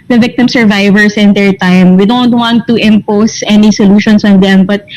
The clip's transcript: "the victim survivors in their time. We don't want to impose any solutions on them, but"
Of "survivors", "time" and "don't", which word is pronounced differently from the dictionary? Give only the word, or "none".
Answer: survivors